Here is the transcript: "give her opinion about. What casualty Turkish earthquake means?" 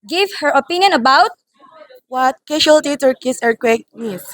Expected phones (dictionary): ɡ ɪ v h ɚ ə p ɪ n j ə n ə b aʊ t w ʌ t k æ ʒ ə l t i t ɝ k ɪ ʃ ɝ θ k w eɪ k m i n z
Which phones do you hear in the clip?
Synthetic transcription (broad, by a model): ɡ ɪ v h ɚ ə p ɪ n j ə n ə b aʊ t w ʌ t k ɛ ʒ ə l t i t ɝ k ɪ s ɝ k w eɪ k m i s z